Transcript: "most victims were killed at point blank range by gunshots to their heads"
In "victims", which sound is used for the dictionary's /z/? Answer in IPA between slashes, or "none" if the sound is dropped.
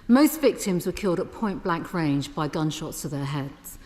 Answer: /z/